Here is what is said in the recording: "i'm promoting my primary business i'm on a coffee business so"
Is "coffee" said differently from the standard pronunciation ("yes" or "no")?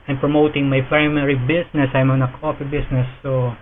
yes